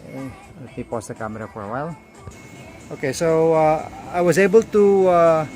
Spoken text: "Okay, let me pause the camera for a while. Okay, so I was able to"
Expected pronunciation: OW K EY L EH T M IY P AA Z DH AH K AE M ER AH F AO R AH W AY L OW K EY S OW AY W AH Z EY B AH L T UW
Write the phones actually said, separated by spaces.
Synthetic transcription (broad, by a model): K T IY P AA S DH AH K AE M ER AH F AO R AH W AY L OW K EY S OW AY W AH Z EY B AH L T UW